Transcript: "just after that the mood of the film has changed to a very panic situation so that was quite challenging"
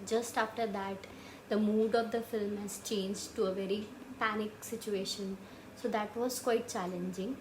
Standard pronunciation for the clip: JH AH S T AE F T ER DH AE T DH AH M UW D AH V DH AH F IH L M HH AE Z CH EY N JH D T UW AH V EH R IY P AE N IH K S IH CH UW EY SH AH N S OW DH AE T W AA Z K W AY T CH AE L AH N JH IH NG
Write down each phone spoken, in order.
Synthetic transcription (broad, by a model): JH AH S T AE F T ER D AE T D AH M UW D AH V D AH F IH L M HH AE Z CH EY N JH D T UW AH V EH R IY P AE N IH K S IH CH UW EY SH AH N S OW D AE T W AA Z K W AY T CH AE L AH N JH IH NG